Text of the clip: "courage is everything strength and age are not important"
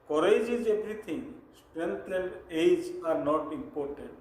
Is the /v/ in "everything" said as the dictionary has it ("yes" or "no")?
no